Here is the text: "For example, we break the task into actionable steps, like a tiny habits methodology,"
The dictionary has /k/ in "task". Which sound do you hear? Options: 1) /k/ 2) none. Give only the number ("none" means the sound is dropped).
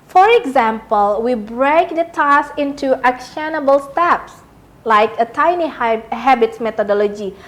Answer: 2